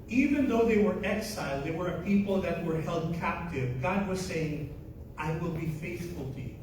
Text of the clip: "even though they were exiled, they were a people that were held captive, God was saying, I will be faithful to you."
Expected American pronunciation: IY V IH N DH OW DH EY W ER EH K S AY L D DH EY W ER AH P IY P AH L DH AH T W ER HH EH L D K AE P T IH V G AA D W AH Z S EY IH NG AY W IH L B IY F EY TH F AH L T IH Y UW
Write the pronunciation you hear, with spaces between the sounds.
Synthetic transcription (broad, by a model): IY V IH N DH OW DH EY W ER EH K S AY L D DH EY W ER AH P IY P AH L DH AH T W ER HH EH L D K AE P T IH V G AA D W AH Z S EY IH NG AY W IH L B IY F EY TH F AH L T IH Y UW